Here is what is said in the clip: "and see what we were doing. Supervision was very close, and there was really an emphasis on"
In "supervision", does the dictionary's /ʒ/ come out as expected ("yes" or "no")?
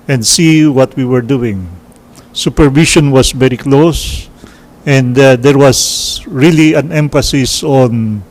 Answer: no